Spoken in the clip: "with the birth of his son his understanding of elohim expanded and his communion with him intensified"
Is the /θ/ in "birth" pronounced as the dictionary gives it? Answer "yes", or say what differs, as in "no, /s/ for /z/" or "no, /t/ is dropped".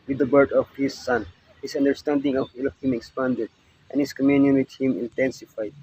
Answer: no, /t/ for /θ/